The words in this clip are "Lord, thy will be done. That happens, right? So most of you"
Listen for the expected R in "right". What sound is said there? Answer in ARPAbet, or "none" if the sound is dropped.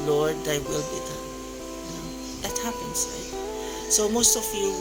L